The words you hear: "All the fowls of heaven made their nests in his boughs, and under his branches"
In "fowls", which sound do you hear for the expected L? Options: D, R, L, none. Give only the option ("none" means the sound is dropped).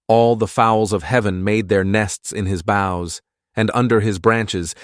L